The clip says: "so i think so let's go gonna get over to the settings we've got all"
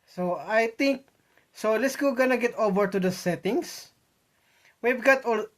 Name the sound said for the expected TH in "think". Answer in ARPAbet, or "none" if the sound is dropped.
T